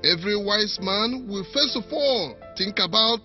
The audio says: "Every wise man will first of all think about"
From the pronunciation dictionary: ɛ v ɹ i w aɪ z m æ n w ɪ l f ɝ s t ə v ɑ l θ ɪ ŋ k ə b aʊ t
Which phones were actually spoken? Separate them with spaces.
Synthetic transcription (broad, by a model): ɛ v ɹ i w aɪ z m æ n w ɪ l f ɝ s t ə f ɑ l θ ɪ ŋ k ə b aʊ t